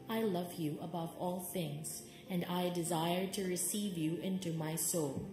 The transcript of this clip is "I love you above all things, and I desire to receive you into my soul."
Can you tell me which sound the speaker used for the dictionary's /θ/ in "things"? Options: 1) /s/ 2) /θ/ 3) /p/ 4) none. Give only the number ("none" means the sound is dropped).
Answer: 2